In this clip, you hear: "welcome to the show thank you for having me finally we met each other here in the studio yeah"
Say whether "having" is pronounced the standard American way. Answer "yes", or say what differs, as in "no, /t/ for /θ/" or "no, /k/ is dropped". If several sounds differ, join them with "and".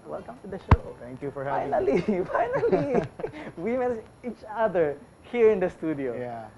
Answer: no, /v/ is dropped